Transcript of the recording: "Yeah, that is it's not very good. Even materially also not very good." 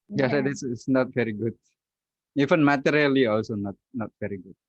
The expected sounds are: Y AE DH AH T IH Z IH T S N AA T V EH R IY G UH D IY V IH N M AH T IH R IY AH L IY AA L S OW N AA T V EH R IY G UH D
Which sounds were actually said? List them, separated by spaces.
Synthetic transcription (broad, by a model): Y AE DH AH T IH S IH T S N AA T V EH R IY G UH D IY F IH N M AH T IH R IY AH L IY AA L S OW N AA T V EH R IY G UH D